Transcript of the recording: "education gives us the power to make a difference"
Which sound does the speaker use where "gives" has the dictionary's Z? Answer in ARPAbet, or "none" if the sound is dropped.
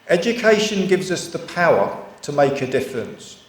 Z